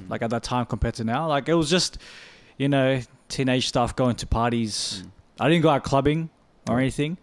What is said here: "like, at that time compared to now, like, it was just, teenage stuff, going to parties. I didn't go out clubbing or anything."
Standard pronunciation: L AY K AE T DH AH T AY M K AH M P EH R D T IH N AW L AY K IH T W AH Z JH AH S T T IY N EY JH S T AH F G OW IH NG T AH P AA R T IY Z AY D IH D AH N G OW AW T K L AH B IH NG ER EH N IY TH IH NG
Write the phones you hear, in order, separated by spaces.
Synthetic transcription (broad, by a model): L AY K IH T DH AH T AY M K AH M P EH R T IH N AW L AY K IH T W AH Z JH AH S T T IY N EY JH S T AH F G OW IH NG T AH P AA R T IY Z AY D IH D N G OW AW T K L AH B IH NG ER EH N IY TH IH NG